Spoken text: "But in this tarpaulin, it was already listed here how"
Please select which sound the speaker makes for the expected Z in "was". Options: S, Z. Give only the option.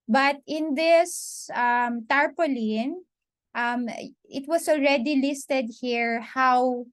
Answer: S